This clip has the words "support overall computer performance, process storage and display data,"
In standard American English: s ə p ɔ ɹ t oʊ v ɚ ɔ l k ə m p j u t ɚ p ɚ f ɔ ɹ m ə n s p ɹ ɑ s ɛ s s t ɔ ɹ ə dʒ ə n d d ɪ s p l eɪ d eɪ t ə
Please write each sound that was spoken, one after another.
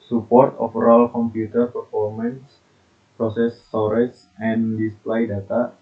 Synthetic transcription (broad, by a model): s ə p ɔ ɹ t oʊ f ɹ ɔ l k ə m p j u t ɚ p ɚ f ɔ ɹ m ə n s p ɹ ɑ s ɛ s s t ɔ ɹ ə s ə n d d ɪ s p l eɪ d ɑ t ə